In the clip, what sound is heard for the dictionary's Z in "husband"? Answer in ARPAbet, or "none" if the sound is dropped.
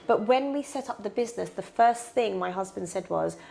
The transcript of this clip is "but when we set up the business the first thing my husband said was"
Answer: Z